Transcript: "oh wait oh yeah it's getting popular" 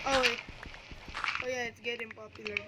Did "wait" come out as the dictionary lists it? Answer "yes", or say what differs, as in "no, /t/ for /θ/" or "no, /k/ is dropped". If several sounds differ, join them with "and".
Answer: no, /t/ is dropped